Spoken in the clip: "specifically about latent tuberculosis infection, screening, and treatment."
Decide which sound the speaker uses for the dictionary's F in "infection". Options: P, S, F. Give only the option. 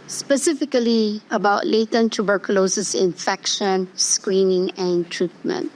F